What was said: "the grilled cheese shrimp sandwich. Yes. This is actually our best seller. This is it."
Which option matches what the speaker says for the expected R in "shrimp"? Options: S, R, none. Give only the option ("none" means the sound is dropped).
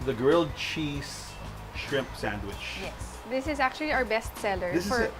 R